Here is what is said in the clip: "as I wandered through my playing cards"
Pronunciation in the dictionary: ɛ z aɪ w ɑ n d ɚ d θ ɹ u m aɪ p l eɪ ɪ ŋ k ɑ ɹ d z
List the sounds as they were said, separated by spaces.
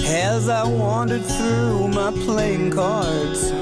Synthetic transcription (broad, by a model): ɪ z aɪ w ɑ n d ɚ d θ ɹ u m aɪ p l eɪ ɪ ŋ k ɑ ɹ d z